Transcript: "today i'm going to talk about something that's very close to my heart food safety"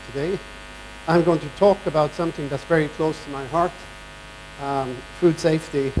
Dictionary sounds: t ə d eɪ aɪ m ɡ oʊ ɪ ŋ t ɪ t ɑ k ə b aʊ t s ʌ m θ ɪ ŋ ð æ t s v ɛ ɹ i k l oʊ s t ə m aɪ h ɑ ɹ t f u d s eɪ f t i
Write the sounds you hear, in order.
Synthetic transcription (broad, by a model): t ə d eɪ aɪ m ɡ oʊ ɪ ŋ t ɪ t ɑ k ə b aʊ t s ʌ m θ ɪ ŋ ð æ t s v ɛ ɹ i k l oʊ s t ə m aɪ h ɑ ɹ t f u d s eɪ f t i